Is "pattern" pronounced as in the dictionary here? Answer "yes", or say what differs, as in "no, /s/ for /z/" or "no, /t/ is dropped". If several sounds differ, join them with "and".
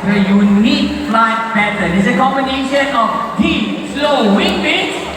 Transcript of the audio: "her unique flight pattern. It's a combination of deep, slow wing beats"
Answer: no, /b/ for /p/ and /n/ is dropped